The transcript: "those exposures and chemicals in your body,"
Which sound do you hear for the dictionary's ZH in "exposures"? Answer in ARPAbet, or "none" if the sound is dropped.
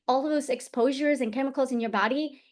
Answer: ZH